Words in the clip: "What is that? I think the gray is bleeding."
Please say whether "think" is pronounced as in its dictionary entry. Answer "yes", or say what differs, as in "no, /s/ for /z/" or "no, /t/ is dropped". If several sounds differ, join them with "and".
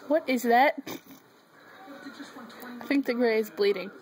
yes